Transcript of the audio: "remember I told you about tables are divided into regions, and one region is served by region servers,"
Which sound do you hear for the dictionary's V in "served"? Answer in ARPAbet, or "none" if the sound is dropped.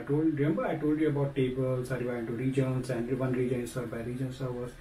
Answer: none